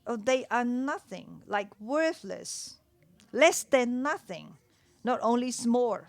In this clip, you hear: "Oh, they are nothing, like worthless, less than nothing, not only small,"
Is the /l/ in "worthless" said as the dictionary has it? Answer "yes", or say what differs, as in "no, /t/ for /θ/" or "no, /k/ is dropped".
yes